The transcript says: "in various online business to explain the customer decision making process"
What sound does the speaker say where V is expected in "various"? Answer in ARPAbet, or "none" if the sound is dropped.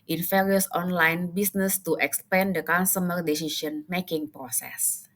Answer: F